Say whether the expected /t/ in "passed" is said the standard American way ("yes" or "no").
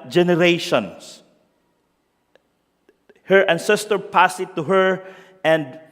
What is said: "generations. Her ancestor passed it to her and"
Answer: no